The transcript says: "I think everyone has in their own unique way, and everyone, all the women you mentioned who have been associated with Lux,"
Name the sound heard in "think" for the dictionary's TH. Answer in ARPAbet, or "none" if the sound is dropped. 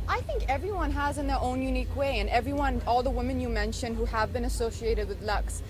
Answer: TH